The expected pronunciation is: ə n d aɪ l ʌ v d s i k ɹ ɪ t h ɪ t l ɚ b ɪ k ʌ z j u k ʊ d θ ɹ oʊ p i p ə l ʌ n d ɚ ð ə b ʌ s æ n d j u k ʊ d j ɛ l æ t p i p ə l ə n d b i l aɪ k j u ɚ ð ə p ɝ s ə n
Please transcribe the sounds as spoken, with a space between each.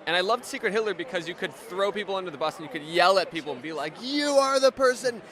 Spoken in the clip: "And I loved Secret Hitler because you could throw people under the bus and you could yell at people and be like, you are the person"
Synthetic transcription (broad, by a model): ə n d aɪ l ʌ v d s i k ɹ ɪ t h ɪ l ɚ b ɪ k ʌ z j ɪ k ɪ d θ ɹ oʊ p i p l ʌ n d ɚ ð ə b ʌ s n j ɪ k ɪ d j ɛ l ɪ t p i p l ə n b i l aɪ k j u ɚ ð ə p ɝ s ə n